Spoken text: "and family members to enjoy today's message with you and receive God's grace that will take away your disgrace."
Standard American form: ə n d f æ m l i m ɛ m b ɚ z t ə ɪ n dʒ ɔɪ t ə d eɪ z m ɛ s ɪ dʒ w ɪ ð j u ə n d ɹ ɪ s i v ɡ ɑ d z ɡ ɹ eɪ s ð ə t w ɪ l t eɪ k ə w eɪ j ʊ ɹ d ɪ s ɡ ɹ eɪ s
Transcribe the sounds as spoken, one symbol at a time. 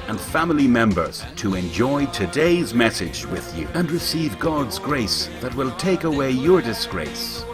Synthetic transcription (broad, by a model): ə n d f æ m l i m ɛ m b ɚ z t ə ɪ n dʒ ɔɪ t ə d eɪ z m ɛ s ɪ dʒ w ɪ ð j u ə n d ɹ ɪ s i v ɡ ɑ d z ɡ ɹ eɪ s ð ə t w ɪ l t eɪ k ə w eɪ j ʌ ɹ d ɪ s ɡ ɹ eɪ s